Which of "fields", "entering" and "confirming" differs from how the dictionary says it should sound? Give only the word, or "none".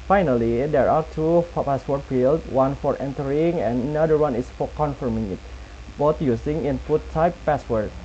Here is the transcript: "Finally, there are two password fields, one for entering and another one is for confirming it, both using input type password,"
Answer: fields